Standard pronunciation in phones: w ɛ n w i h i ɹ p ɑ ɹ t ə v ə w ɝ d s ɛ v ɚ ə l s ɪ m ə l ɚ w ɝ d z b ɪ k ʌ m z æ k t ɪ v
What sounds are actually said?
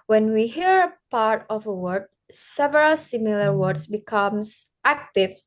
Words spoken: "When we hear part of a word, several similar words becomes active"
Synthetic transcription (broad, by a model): w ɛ n w i h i ɹ p ɑ ɹ t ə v ə w ɝ d s ɛ v ɚ ə l s ɪ m ə l ɚ w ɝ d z b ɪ k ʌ m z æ k t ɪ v